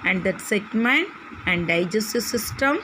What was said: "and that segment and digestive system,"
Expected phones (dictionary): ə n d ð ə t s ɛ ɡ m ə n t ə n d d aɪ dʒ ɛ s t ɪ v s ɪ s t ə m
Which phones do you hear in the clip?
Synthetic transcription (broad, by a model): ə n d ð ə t s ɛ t m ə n ə n d d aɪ dʒ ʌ s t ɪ s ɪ s t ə m